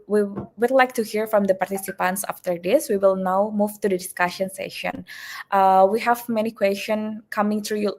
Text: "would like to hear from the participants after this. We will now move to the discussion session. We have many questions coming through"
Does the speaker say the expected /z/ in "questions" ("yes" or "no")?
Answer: no